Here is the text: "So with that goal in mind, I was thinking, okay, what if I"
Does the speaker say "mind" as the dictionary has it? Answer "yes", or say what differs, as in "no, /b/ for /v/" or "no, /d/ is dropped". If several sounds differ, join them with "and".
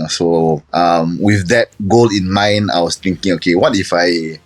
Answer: no, /d/ is dropped